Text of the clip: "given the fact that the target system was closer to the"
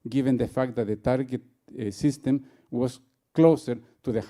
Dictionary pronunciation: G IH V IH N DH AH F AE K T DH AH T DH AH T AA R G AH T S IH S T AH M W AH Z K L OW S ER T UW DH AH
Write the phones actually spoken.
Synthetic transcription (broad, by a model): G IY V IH N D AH F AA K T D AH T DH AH T AA R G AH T S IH S T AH M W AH S K L OW S ER T UW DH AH